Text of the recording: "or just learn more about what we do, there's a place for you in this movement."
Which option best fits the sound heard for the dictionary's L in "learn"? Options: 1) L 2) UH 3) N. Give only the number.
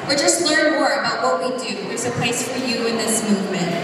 3